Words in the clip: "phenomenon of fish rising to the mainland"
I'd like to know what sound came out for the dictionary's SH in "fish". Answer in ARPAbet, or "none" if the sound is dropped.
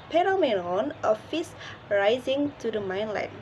S